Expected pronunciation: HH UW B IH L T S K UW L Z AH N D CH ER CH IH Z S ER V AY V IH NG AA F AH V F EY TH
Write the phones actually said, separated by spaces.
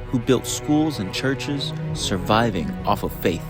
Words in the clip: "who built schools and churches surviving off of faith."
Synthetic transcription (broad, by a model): HH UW B IH L T S K UW L Z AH N CH ER CH IH Z S ER V AY V IH NG AA F AH V F EY TH